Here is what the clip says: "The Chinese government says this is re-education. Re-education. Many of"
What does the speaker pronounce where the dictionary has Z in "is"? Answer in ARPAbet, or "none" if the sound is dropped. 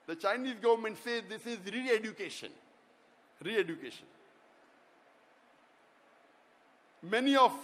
Z